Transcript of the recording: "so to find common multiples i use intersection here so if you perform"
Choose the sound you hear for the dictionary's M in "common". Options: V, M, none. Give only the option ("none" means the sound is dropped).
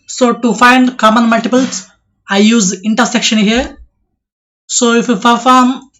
M